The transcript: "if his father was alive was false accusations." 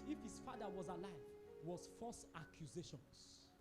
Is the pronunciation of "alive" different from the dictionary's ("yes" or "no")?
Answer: no